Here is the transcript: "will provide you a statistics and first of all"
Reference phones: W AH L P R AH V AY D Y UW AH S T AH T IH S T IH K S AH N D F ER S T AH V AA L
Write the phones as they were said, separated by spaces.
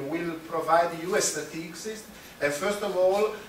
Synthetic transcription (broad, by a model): W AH L P R AH V AY D Y UW AH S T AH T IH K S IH S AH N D F ER S T AH V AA L